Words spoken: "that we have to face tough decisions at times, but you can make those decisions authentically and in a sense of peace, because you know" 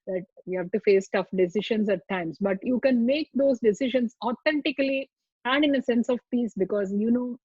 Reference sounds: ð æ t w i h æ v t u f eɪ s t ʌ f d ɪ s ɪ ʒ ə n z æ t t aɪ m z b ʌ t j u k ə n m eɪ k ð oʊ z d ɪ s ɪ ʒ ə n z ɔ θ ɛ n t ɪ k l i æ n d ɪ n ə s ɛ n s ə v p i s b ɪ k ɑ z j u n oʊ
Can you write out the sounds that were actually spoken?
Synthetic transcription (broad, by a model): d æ t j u h æ v t u f eɪ s t ʌ f d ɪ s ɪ ʃ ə n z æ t t aɪ m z b ʌ t j u k ə n m eɪ k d oʊ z d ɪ s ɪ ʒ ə n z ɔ t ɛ n t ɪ k l i æ n d ɪ n ə s ɛ n s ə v p i s b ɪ k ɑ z j u n oʊ